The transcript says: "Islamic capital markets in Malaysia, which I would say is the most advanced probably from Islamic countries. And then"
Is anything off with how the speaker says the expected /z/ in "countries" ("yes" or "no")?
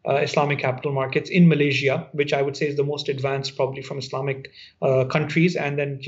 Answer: no